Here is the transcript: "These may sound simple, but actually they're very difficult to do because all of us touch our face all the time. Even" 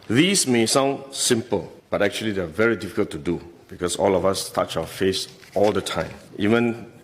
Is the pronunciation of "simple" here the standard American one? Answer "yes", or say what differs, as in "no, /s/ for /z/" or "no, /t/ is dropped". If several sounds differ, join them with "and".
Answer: yes